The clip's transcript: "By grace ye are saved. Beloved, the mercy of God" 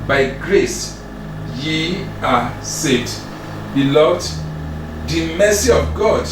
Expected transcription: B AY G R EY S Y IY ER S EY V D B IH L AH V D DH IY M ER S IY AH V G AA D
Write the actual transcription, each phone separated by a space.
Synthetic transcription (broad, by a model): B AY G R EY S Y IY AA S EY D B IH L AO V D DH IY M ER S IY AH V G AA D